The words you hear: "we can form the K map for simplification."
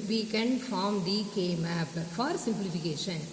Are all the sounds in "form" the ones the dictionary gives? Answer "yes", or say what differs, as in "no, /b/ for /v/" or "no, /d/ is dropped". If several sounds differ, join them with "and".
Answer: yes